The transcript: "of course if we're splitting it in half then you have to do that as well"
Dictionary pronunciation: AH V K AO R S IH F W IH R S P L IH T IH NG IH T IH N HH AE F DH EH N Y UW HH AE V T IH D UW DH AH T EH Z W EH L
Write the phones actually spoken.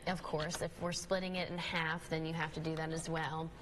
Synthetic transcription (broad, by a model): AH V K AO R S IH F W IH R S P L IH T IH NG IH T IH N HH AE F DH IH N Y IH HH AE F T IH D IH DH AH T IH Z W EH L